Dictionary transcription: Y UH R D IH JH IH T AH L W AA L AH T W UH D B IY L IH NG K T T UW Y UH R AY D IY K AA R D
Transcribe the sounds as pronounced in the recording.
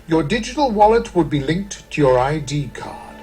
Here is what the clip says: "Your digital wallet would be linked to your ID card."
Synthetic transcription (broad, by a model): Y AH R D IH JH IH T AH L W AA L AH T W UH D B IY L IH NG K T T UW Y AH R AY D IY K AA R